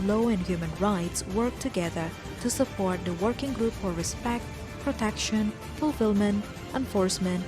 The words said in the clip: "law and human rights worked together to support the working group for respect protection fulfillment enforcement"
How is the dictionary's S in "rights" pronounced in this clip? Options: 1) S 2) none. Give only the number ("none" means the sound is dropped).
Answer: 1